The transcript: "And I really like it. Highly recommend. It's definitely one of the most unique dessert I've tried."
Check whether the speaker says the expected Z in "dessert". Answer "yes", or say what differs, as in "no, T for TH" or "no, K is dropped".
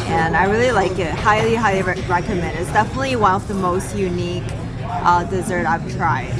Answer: yes